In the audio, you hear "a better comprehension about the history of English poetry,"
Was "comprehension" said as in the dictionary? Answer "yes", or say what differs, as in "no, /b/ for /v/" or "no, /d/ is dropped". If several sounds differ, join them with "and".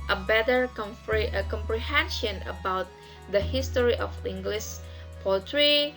yes